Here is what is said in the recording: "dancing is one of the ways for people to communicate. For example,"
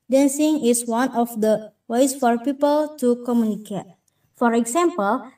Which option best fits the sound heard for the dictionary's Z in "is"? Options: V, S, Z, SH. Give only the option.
S